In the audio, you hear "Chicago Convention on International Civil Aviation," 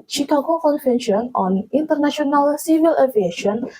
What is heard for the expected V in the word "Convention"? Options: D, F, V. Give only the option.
F